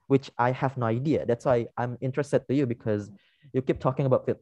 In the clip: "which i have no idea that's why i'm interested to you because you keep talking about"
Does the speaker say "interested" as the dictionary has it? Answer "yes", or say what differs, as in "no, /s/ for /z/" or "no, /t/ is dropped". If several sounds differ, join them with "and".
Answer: yes